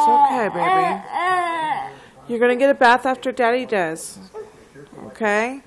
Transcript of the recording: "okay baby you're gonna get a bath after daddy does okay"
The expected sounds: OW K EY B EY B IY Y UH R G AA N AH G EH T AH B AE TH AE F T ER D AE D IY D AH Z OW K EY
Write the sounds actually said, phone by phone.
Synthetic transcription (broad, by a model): OW K EY B EY B IY Y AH R G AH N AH G EH T AH B AE TH AE F T ER D AE D IY D AH Z OW K EY